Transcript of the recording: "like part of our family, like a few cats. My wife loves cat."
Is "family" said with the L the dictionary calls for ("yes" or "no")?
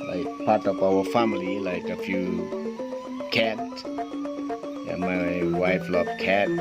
yes